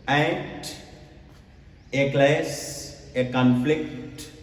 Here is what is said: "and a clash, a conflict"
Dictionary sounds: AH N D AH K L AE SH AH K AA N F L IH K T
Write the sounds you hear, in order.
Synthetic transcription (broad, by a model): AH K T AH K L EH S AH K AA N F L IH K T